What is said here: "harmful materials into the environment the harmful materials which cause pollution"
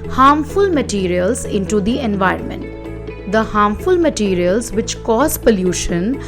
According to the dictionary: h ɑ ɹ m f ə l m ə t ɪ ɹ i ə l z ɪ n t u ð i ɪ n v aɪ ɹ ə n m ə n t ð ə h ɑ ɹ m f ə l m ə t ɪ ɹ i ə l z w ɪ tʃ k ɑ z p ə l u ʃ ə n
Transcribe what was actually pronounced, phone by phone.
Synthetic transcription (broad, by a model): h ɑ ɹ m f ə l m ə t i ɹ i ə l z ɪ n t u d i ɪ n v aɪ ɹ ə n m ə n t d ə h ɑ ɹ m f ə l m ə t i ɹ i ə l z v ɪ tʃ k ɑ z p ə l u ʃ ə n